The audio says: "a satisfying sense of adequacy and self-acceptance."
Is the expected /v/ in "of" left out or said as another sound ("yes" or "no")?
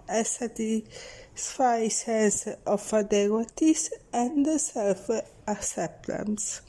yes